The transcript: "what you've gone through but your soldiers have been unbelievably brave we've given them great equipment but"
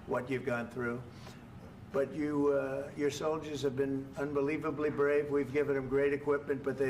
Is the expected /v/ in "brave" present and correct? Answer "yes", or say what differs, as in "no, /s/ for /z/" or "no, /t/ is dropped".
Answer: yes